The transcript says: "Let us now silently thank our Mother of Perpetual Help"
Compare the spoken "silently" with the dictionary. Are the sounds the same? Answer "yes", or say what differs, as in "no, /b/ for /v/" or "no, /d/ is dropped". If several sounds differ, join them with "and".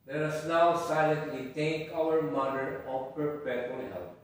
yes